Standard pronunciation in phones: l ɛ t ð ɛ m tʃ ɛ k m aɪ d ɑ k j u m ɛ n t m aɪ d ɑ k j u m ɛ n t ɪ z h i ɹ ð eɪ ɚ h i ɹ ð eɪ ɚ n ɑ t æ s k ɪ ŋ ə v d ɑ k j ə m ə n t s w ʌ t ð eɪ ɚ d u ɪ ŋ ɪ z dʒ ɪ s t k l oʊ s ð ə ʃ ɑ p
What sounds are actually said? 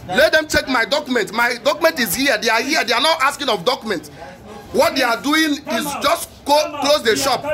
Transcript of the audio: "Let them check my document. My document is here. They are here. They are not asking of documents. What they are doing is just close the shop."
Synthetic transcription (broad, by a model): l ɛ t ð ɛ m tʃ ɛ k m aɪ d ɑ k j u m ɛ n t m aɪ d ɑ k j u m ɛ n t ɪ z h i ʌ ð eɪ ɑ h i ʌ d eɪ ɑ n ɑ t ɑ s k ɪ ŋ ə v d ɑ k j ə m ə n t w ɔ t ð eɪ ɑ d u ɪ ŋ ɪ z dʒ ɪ s t k l oʊ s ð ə ʃ ɑ p